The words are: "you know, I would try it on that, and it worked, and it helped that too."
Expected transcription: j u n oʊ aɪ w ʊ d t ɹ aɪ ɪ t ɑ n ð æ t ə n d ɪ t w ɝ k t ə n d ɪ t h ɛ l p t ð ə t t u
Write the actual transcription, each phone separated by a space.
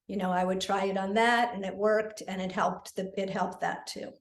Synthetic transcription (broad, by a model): j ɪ n oʊ aɪ w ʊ d t ɹ aɪ ɪ t n ð æ t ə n ɪ t w ɝ k t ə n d ɪ t h ɛ l p t ð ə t t u